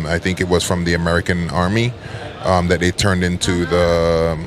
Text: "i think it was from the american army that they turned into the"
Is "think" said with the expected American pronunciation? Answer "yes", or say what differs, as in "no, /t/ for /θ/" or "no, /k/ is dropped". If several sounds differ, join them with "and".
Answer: yes